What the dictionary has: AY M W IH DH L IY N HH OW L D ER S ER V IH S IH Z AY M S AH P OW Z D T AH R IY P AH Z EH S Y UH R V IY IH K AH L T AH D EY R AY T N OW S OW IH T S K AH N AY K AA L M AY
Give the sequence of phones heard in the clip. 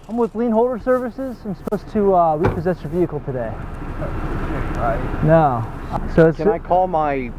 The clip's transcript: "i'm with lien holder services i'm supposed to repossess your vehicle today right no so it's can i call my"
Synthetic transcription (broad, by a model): AY M W IH DH L IY N HH OW L D ER S ER V IH S IH Z AY M S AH P OW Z T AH R IY P AH Z EH S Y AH R V IY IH K L T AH D EY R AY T N OW S OW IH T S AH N AY K AA L M AY